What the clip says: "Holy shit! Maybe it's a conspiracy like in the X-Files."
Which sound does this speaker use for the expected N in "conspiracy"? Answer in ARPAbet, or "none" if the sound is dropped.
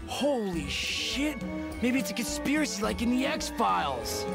N